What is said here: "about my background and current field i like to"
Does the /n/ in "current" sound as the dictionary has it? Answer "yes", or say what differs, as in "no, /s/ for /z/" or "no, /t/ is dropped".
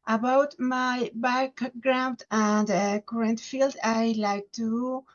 yes